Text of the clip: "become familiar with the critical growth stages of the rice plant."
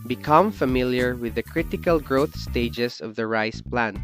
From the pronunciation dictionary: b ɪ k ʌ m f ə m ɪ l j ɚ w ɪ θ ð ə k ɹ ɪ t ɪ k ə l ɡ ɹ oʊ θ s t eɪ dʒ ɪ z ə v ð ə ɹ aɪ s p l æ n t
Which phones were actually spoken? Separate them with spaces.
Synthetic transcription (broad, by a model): b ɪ k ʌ m f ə m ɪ l j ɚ w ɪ ð ə k ɹ ɪ t ɪ k ə l ɡ ɹ oʊ θ s t eɪ dʒ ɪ s ə v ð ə ɹ aɪ s p l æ n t